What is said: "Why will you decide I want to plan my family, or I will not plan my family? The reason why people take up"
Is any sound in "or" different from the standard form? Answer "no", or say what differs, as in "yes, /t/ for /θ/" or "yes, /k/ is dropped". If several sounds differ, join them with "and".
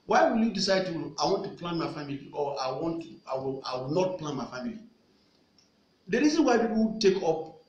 yes, /w/ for /ɹ/